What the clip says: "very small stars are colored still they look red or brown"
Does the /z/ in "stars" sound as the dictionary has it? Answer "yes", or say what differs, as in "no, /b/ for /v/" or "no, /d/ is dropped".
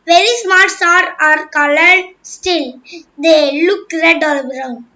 no, /z/ is dropped